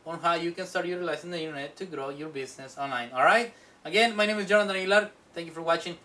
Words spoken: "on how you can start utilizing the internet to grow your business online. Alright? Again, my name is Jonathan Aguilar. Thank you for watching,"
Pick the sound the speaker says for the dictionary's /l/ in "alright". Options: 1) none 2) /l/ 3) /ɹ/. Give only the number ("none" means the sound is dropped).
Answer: 2